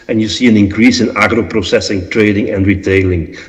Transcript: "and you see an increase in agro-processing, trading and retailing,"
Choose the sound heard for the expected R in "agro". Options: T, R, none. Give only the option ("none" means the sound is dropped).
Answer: R